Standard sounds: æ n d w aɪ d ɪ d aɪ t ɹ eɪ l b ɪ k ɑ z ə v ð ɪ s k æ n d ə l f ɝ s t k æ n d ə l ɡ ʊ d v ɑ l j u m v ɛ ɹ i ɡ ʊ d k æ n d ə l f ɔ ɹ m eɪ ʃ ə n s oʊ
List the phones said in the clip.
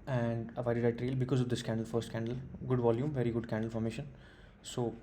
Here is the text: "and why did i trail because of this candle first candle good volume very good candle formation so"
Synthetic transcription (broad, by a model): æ n d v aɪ d ɪ d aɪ t ɹ eɪ l b ɪ k ɑ z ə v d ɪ s k æ n d ə l f ɝ s t k æ n d ə l ɡ ʊ d v ɑ l j u m v ɛ ɹ i ɡ ʊ d k æ n d ə l f ɔ ɹ m eɪ ʃ ə n s oʊ